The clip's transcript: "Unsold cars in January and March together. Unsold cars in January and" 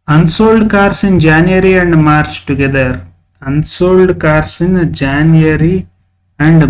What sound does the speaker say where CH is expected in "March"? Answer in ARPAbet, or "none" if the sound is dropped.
CH